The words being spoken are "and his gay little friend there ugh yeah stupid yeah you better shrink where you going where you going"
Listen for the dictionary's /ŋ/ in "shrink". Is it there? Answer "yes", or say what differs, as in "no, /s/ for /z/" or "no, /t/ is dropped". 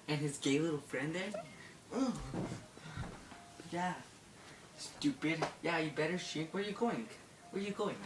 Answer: no, /ŋ/ is dropped